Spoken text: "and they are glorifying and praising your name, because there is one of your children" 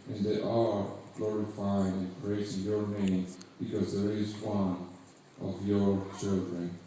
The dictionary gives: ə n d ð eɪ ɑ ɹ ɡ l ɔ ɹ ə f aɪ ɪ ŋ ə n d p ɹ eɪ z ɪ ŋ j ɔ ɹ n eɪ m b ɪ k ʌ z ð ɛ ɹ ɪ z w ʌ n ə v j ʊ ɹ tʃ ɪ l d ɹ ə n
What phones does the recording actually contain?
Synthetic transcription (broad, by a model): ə n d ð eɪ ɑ l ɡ l ɔ ɹ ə f aɪ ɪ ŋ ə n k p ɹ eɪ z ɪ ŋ j ɔ ɹ n eɪ m b ɪ k ʌ z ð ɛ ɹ ɪ z w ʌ n ə v j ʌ ɹ tʃ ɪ l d ɹ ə n